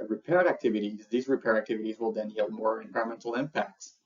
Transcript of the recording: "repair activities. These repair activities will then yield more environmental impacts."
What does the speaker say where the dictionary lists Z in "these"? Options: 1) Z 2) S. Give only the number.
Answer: 1